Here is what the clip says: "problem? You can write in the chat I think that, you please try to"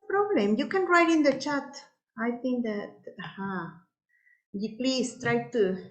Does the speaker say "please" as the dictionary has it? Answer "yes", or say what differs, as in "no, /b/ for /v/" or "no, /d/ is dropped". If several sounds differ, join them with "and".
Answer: no, /s/ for /z/